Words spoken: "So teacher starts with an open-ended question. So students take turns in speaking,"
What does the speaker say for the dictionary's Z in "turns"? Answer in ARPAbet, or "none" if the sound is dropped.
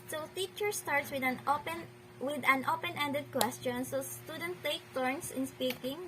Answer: S